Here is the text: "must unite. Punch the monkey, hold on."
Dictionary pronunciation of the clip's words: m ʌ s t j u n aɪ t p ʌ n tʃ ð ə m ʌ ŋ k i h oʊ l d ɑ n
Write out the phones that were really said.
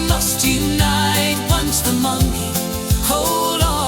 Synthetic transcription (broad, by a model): m ʌ s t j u n aɪ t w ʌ n s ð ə m ʌ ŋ i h oʊ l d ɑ